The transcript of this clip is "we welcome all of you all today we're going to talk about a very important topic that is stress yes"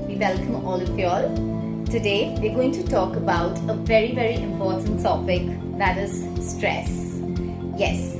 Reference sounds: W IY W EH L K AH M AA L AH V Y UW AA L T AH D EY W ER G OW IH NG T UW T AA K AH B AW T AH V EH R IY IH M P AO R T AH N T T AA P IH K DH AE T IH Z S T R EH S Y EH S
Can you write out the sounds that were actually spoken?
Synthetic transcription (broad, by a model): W IY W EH L K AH M AA L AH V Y AA L T AH D EY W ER G OW IH NG T UW T AA K AH B AW T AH V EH R IY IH M P AO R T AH N T S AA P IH K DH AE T IH Z S T R EH S Y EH S